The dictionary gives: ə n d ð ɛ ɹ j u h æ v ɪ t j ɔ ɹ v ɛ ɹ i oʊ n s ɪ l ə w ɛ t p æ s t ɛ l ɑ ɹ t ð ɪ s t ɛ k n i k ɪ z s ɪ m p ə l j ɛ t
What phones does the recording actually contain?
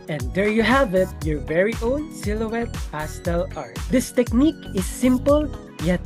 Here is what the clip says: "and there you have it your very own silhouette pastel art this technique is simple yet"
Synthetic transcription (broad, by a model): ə n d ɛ ɹ j u h æ v ɪ t j ɔ ɹ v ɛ ɹ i oʊ n s ɪ l ə w ɛ t p æ s t ɛ l ɑ ɹ t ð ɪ s t ɛ k n i k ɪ s ɪ m p ə l j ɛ t